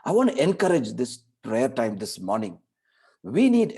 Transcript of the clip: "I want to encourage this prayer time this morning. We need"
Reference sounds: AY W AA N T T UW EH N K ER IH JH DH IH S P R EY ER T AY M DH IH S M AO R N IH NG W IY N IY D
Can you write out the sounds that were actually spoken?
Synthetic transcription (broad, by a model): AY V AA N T T UW EH N K ER IH JH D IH S P R EY ER T AY M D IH S M AO R N IH NG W IY N IY D